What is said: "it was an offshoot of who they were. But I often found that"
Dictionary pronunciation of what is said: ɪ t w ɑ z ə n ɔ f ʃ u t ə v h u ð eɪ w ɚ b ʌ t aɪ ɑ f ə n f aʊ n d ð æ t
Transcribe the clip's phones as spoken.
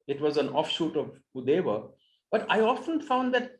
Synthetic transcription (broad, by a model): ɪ t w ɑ z ə n ɔ f ʃ u t ə v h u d eɪ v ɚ b ʌ t aɪ ɑ f ə n f aʊ n d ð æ t